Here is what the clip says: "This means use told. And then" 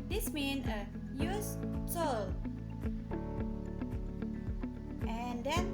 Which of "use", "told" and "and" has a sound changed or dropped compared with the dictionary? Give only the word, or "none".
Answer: told